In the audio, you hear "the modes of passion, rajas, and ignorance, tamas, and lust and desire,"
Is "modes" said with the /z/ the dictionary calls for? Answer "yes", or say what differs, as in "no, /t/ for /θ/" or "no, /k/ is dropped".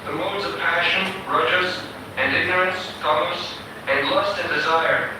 yes